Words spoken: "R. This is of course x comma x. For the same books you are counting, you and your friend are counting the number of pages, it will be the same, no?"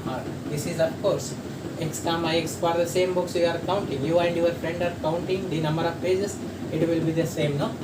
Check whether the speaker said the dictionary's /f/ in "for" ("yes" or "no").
no